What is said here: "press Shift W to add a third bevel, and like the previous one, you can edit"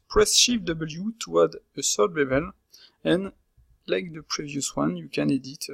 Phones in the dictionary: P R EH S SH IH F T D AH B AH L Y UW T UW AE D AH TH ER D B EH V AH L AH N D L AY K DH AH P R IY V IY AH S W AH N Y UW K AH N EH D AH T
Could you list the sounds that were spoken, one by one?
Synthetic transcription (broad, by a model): P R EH S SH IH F D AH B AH L Y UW T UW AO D AH S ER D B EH B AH L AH N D L AY K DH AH P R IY V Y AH S W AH N Y UW K AH N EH D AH T